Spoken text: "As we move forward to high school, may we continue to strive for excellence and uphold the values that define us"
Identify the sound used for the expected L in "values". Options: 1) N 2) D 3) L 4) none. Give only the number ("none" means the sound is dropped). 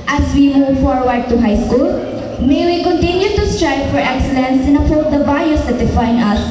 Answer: 4